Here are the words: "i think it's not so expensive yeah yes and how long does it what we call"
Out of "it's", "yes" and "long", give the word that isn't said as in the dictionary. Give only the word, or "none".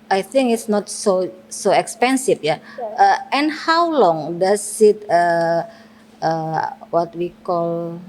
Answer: yes